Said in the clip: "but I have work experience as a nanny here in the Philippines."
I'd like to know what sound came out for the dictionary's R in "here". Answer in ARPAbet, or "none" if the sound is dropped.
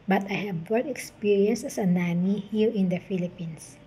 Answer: L